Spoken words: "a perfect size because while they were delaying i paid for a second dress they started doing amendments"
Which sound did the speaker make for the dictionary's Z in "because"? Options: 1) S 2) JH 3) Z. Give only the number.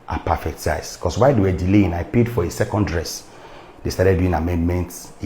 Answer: 1